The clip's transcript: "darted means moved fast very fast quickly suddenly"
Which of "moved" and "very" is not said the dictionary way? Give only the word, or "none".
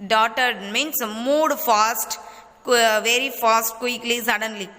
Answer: moved